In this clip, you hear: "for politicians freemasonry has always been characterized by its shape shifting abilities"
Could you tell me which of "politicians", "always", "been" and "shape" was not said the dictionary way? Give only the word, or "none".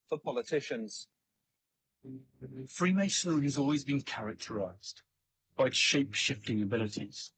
none